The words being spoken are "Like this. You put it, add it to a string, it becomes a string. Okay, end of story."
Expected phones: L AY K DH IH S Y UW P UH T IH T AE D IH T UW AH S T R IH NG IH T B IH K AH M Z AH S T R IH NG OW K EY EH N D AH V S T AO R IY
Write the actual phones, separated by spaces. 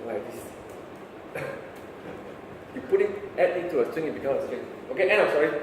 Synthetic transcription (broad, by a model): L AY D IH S Y UW P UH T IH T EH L IH T UW AH S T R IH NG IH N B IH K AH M AH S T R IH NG OW K EY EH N AH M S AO R IY